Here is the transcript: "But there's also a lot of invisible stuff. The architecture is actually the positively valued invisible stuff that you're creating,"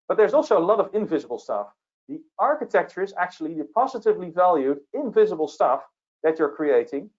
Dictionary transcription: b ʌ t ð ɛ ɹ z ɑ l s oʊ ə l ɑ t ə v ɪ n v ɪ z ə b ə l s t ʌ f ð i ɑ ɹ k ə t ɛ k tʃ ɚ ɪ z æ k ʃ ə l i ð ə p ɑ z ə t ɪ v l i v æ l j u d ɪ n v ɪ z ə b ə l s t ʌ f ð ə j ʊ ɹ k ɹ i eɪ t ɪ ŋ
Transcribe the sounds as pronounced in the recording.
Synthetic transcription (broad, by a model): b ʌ t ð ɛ ɹ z ɑ l s oʊ ə l ɑ t ə v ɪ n v ɪ z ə b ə l s t ʌ f ð i ɑ ɹ k ə t ɛ k tʃ ɚ ɪ z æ k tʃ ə l i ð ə p ɑ z ə t ɪ v l i v æ l j u d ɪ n v ɪ z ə b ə l s t ʌ f ð ə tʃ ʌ ɹ k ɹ i eɪ t ɪ ŋ